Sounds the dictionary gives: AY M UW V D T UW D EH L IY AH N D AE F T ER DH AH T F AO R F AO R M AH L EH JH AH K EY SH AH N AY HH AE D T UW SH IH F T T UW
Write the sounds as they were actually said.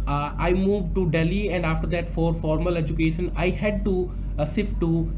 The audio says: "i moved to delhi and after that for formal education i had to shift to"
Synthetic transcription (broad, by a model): AY M UW V D T UW D EH L IY AH N D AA F T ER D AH T F AO R F AO R M AH L EH JH AH K EY SH AH N AY HH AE D T UW S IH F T T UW